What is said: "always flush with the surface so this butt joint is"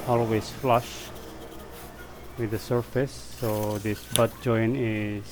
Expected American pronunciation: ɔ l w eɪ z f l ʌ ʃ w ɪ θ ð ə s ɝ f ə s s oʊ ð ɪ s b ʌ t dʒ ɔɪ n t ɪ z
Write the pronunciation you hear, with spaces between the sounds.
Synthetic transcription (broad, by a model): ɔ l w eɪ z f l ʌ ʃ w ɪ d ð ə s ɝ f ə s s oʊ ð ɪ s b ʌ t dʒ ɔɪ n ɪ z